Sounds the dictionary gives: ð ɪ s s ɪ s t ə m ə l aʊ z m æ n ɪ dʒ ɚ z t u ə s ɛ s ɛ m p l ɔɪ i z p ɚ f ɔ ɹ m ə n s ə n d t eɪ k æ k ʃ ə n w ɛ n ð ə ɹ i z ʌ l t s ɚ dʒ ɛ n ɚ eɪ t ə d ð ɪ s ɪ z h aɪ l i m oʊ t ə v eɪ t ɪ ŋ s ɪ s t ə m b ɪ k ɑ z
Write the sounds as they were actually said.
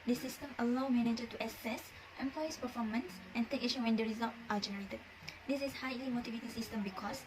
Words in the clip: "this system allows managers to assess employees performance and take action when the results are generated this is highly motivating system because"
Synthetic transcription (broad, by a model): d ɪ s s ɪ s t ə m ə l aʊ m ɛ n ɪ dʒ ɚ t u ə s ɛ s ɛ m p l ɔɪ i s p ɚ f ɔ m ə n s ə n t eɪ k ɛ ʃ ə w ɛ n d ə ɹ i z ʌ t t ɑ dʒ ɛ n ɚ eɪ t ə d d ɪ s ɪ s h aɪ l i m oʊ t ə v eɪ t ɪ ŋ s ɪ s t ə m b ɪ k ɑ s